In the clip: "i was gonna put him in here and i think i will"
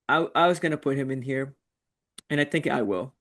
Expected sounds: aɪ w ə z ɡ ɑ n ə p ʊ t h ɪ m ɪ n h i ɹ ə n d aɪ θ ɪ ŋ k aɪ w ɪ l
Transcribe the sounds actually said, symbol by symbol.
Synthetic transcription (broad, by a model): aɪ w ə z ɡ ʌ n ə p ʊ t h ɪ m ɪ n h i ɹ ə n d aɪ θ ɪ ŋ k aɪ w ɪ l